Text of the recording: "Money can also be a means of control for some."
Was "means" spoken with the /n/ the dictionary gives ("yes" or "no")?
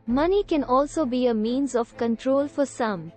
yes